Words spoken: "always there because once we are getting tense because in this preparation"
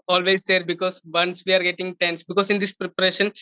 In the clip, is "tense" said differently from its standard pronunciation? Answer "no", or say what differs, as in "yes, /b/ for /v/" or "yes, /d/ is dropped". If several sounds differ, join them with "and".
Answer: no